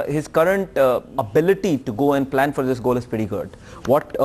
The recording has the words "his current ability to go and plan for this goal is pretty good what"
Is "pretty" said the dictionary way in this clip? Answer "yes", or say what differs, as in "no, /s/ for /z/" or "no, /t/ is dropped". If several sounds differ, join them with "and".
no, /ɹ/ is dropped